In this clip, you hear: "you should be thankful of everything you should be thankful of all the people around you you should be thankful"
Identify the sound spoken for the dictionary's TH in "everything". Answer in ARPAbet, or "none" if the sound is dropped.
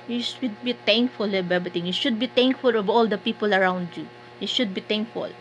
T